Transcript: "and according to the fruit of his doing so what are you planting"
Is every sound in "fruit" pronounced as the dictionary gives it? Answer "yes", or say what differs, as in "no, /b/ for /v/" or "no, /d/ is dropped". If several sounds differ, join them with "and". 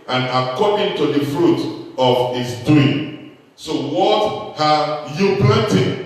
yes